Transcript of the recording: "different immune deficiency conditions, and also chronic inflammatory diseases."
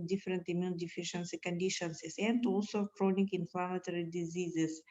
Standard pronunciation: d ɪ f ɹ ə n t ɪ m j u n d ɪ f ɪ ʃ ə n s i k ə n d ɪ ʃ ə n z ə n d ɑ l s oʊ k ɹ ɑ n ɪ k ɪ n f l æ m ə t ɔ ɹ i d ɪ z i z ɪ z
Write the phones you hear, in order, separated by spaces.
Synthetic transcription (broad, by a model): d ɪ f ɹ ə n t ɪ m j u n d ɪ f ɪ ʃ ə n s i k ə n d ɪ ʃ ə n s ə n d ɑ l s oʊ k ɹ ɑ n ɪ k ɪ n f l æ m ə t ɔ ɹ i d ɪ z i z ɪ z